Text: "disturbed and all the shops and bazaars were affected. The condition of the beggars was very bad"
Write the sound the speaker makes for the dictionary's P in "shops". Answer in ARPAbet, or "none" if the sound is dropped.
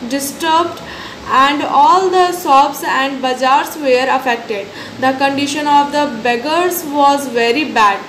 B